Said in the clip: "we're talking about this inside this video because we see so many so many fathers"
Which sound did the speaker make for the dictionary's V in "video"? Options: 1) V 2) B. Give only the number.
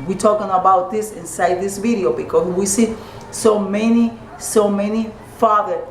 1